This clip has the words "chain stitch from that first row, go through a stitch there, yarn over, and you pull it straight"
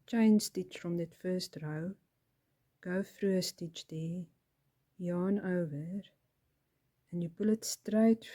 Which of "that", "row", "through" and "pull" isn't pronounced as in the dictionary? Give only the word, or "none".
through